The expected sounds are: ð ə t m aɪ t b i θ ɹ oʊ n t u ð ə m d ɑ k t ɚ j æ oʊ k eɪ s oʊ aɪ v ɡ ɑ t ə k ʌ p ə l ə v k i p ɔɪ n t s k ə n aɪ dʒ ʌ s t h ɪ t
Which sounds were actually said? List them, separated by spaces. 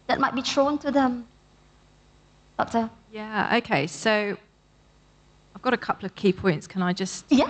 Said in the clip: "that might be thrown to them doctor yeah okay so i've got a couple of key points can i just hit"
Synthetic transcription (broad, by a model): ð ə t m aɪ t b i t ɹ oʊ n t u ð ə m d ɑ k t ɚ j æ oʊ k eɪ s oʊ aɪ v ɡ ɑ t ə k ʌ p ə l ə v k i p ɔɪ n t s k ə n aɪ dʒ ʌ s t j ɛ